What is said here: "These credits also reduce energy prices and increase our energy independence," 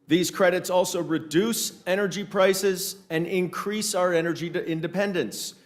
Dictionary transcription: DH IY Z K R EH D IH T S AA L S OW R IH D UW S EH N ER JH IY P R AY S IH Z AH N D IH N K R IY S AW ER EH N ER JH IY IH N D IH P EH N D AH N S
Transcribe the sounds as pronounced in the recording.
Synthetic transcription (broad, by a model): DH IY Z K R EH D IH T S AA L S OW R IH D UW S EH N ER JH IY P R AY S IH Z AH N IH N K R IY S AW ER EH N ER JH IY IH N D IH P EH N D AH N S